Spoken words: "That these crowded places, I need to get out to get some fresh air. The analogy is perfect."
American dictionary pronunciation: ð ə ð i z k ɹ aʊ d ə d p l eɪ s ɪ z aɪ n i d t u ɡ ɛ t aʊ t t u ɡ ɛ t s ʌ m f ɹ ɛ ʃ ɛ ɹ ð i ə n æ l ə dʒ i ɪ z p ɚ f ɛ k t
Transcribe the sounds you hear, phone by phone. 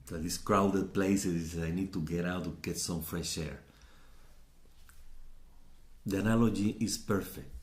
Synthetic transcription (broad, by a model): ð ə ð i s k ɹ aʊ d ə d p l eɪ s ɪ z aɪ n i d t u ɡ ɛ t aʊ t t u ɡ ɛ t s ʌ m f ɹ ɛ ʃ ɛ ɹ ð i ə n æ l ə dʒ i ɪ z p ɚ f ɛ k t